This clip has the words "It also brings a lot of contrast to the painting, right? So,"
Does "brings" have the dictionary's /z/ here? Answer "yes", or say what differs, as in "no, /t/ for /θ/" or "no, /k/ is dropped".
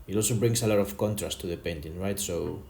no, /s/ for /z/